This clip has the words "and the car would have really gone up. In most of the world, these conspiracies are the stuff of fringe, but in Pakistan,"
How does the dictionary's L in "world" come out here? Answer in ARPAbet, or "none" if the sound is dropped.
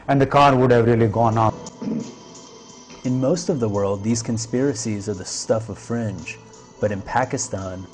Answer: L